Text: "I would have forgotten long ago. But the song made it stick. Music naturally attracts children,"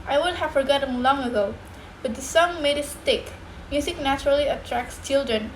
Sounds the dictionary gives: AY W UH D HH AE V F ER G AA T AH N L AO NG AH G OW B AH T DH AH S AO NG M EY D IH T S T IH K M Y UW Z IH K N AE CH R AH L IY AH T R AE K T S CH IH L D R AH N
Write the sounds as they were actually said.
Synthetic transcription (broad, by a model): AY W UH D HH AE V F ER G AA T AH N L AO NG AH G OW B AH T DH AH S AO NG M EY D IH T S T IH K M Y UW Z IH K N AE CH R AH L IY AH T R AE K T S CH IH L D R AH N